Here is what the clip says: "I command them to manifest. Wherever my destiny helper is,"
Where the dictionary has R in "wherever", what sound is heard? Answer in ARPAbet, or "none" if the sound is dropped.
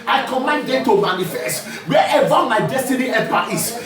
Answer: none